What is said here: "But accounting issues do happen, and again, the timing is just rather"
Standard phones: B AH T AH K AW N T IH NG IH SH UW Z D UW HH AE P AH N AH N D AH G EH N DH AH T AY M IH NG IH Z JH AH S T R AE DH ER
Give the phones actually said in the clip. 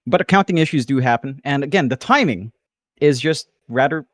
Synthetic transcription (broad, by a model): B AH T AH K AW N T IH NG IH SH UW Z D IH HH AE P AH N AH N AH G EH N DH AH T AY M IH NG IH Z JH AH S T R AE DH ER